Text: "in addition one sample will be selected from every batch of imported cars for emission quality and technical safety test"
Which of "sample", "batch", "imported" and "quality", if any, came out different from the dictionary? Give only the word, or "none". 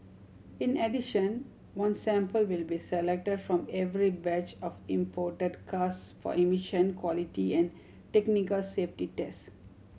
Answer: none